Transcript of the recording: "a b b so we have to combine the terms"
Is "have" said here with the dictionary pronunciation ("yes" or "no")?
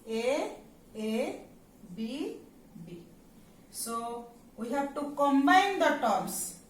no